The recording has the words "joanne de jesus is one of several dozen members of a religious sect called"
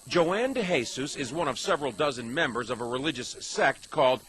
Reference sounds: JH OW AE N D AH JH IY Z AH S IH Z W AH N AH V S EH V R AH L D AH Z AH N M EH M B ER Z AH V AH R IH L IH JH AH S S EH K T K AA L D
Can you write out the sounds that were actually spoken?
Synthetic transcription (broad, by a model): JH OW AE N D AH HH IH S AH S IH Z W AH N AH V S EH V R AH L D AH Z AH N M EH M B ER Z AH V AH R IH L IH JH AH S S EH K T K AA L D